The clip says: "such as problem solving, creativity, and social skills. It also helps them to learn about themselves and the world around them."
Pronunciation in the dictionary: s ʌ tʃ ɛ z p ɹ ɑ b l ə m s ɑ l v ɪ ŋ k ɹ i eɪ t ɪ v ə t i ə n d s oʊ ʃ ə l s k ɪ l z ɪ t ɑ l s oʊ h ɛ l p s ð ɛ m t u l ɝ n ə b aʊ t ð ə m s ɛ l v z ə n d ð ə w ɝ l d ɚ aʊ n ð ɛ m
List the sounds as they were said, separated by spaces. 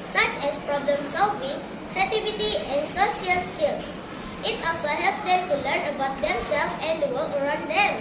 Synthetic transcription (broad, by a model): s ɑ tʃ ɛ s p ɹ ɑ b l ə m s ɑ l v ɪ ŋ k ɹ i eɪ t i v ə t i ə n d s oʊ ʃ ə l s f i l s ɪ t ɑ l s oʊ h ɛ l p s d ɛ m t u l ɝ n ə b aʊ t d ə m s ɛ l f ə n d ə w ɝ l ɚ aʊ n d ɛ m